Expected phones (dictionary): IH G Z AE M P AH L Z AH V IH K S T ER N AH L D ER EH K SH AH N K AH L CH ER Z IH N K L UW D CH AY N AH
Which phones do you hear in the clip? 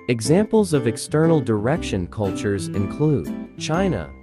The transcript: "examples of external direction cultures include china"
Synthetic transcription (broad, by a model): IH G Z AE M P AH L Z AH V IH K S T ER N L D ER EH K SH AH N K AH L CH ER Z IH N K L UW D CH AY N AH